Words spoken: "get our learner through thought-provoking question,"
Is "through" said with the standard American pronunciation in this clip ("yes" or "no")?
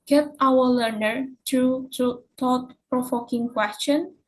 no